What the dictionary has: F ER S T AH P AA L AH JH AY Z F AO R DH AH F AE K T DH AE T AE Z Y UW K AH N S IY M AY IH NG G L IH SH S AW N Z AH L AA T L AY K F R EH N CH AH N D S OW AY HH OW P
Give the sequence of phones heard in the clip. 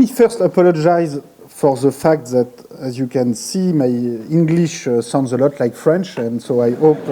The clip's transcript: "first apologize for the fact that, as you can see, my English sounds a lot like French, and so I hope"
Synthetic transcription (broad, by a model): F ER S T AH P AA L AH JH AY Z F AO R DH AH F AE K T DH AE T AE Z Y UW K AH N S IY M AY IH NG G L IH SH S AW N Z AH L AA T L AY K F R EH N CH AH N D S OW AY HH OW P